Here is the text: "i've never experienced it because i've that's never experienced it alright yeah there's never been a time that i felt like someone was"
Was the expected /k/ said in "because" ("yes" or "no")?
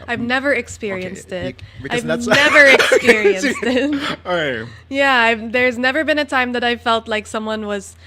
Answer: no